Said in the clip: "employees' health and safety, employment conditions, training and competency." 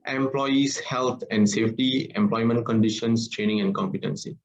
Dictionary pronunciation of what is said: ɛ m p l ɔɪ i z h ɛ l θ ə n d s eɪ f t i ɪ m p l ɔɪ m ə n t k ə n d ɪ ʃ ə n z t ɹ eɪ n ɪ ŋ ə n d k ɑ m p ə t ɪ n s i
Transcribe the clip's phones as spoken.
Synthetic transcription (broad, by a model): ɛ m p l ɔɪ i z h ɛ l t ə n d s eɪ f t i ɪ m p l ɔɪ m ə n t k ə n d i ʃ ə n s t ɹ eɪ n ɪ ŋ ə n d k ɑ m p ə t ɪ n s i